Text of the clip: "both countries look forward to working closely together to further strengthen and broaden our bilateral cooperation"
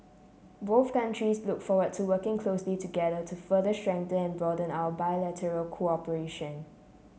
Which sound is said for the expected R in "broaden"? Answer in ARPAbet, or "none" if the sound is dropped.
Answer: none